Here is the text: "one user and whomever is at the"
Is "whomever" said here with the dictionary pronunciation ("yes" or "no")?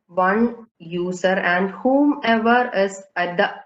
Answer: yes